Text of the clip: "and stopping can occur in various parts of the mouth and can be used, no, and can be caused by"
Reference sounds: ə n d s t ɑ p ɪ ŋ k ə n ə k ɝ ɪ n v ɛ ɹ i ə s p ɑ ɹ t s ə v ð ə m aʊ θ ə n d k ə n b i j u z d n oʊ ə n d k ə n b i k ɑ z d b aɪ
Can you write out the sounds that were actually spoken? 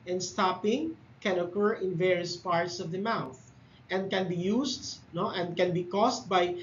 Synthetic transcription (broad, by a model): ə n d s t ɑ p ɪ ŋ k ə n ə k ɝ ɪ n v ɛ ɹ i ə s p ɑ ɹ t s ə v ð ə m aʊ θ ə n d k ə n b i j u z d n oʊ ə n d k ə n b i k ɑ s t b aɪ